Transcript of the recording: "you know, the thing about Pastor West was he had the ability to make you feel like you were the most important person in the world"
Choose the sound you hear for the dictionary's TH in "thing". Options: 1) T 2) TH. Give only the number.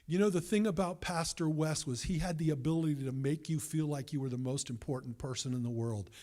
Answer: 2